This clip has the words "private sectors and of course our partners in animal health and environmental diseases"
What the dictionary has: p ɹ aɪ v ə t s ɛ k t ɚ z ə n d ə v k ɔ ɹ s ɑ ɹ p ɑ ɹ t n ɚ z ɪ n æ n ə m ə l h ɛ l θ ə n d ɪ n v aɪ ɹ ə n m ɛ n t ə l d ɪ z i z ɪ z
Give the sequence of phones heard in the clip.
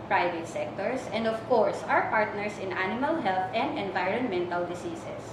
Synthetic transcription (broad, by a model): p ɹ aɪ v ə t s ɛ k t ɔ s ə n d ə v k ɔ ɹ s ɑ w p ɑ ɹ t n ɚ s ɪ n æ n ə m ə l h ɛ l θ ə n d ɪ n v aɪ ɹ ə n m ɛ n t ə l d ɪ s i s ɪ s